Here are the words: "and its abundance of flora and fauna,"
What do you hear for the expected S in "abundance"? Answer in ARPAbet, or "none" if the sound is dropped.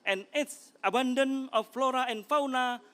none